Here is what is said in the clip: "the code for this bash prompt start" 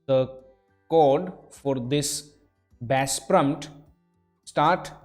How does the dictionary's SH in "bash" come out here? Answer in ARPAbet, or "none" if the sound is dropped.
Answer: S